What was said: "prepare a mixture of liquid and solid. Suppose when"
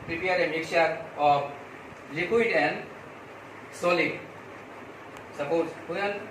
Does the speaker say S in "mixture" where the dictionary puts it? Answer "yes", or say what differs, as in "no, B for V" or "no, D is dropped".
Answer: no, S is dropped